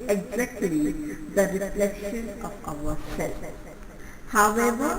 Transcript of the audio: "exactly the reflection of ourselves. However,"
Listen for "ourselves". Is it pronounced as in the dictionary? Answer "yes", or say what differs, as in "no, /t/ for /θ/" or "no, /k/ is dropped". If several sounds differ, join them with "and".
no, /w/ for /ɹ/